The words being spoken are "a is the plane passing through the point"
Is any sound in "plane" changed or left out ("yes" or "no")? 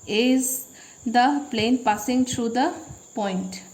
no